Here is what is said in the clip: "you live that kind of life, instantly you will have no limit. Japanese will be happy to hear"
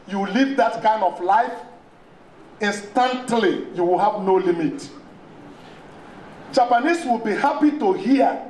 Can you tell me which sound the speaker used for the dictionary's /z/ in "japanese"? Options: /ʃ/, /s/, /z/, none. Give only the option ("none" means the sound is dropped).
/s/